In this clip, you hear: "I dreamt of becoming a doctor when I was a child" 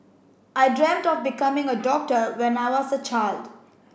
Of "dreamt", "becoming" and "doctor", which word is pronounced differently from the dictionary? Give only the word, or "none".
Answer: none